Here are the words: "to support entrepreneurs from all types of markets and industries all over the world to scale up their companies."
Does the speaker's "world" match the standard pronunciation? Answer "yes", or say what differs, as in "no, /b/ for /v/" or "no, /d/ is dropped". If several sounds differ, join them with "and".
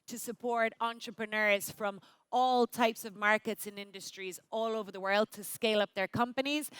yes